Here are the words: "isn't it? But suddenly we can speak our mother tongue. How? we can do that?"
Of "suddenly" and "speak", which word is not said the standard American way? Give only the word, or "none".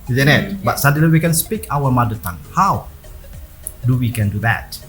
suddenly